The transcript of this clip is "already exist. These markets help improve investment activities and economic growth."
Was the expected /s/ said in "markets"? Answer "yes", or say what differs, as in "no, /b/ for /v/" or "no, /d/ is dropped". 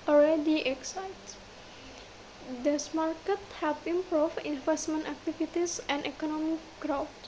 no, /s/ is dropped